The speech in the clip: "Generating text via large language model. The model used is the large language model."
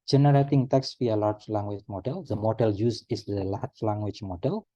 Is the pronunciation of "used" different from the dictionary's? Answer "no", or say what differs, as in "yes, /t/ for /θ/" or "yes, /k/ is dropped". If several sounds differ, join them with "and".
yes, /d/ is dropped